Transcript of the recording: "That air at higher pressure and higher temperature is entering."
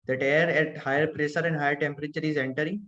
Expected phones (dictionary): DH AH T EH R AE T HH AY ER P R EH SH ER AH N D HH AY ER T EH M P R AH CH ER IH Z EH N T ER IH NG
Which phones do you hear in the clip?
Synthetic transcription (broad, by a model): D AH T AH R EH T HH AY ER P R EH S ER AH N D HH AY ER T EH M P R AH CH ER IH Z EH N T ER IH